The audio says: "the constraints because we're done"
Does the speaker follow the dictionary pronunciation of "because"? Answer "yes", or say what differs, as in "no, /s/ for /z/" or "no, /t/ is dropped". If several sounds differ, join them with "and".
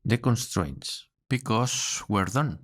no, /s/ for /z/